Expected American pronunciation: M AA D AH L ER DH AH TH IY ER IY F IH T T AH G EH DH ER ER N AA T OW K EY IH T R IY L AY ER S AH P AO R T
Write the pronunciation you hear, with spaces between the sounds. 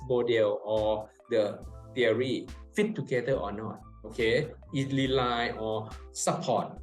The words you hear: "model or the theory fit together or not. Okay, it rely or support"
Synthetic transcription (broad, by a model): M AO D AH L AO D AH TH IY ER IY F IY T T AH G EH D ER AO N AA T OW K EY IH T L IY L AY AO S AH P AO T